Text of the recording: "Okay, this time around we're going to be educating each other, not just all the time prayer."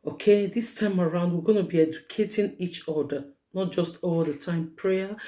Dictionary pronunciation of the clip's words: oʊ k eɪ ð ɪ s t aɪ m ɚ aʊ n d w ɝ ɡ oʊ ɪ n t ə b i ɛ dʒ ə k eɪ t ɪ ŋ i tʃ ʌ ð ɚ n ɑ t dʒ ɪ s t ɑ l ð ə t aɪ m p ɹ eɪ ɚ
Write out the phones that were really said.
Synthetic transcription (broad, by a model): oʊ k eɪ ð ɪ s t aɪ m ɚ aʊ n d w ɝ ɡ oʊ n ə b i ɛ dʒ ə k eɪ t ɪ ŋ i tʃ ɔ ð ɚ n ɑ t dʒ ɪ s t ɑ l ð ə t aɪ m p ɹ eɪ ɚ